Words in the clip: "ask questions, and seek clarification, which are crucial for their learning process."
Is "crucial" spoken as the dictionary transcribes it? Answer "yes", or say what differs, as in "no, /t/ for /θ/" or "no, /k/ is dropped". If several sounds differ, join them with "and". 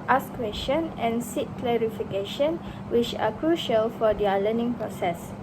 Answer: yes